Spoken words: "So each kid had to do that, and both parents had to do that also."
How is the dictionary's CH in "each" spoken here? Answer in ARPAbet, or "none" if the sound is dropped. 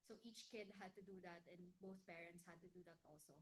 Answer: CH